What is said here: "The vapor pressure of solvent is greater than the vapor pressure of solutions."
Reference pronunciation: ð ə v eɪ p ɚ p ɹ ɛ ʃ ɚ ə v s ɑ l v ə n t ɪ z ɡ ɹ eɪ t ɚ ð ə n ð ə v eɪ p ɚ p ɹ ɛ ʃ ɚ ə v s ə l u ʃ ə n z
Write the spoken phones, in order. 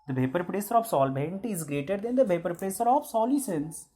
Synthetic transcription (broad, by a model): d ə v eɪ p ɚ p ɹ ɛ s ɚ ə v s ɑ l b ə n t ɪ z ɡ ɹ eɪ t ɚ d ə n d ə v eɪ p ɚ p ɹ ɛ s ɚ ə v s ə l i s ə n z